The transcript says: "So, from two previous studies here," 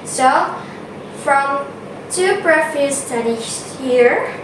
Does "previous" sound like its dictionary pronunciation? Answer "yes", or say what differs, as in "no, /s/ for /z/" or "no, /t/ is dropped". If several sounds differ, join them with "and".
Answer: no, /f/ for /v/